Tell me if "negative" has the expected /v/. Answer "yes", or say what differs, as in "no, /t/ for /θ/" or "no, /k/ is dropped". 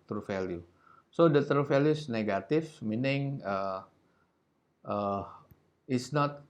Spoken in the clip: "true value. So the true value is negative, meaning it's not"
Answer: no, /f/ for /v/